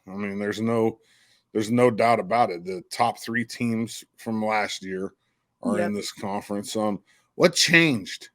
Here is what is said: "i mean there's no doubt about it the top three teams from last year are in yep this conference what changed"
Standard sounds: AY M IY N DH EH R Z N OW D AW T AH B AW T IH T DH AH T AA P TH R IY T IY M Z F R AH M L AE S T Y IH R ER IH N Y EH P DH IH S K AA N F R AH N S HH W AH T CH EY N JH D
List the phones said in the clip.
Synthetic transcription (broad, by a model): AY M IY N DH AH R Z N OW D AW T AH B AW T IH T DH AH T AA P TH R IY T IY M Z F R AH M L AE S T Y IH R ER IH N DH IH S K AA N F R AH N S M W AH T CH EY N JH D